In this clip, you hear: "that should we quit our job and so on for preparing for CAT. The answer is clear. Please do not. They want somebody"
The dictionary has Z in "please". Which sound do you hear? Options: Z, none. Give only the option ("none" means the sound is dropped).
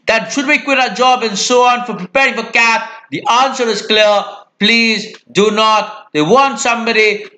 Z